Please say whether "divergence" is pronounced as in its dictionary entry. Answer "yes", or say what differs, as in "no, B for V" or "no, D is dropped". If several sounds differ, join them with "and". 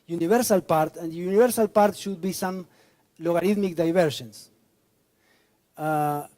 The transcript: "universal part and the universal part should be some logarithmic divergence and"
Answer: no, SH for JH